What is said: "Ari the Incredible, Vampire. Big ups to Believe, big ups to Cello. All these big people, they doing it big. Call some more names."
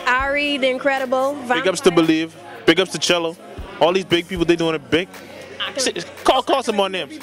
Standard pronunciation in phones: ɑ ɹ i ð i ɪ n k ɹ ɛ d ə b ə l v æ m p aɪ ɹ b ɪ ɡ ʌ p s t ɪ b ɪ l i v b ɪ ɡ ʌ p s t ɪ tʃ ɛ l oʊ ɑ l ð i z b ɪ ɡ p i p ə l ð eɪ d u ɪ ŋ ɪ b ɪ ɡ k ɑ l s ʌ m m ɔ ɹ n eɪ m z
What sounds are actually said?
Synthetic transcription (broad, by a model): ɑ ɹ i ð i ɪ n k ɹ ɛ d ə b l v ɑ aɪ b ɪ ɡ ʌ p s t ɪ b ɪ l i v b ɪ ɡ ʌ p s t ɪ tʃ ɛ l oʊ ɑ l ð i z b ɪ ɡ p i p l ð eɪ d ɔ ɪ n ɪ b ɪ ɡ k ɑ l s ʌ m m ɔ ɹ n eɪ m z